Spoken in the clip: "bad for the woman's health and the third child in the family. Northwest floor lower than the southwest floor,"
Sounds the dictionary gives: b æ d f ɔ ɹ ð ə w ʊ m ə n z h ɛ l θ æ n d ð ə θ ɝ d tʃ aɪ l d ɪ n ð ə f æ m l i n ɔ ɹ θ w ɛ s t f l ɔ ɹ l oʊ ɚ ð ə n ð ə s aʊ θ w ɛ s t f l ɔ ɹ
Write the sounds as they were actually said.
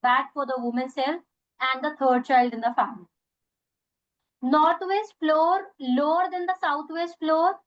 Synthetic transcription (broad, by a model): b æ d f ɔ ɹ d ə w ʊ m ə n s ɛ l f æ n d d ə t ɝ d tʃ aɪ l d ɪ n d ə f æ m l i n ɔ ɹ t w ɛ s t f l ɔ ɹ l oʊ ɚ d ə n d ə s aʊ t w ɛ s t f l ɔ ɹ